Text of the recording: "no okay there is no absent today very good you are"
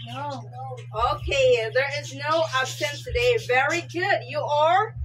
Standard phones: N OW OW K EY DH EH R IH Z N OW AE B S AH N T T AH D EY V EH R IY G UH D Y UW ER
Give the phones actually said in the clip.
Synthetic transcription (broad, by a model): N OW OW K EY DH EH R IH Z N OW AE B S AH N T T AH D EY V EH R IY G UH D Y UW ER